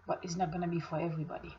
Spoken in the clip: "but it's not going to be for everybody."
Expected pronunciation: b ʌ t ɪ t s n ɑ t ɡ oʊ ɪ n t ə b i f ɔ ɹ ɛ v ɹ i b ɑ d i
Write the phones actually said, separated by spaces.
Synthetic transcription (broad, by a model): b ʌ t ɪ t s n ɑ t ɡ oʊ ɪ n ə b i f ɔ ɹ ɛ v ɹ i b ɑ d i